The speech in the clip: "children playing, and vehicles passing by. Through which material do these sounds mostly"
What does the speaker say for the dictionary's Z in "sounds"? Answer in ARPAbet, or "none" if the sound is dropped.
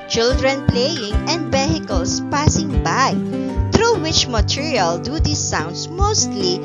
S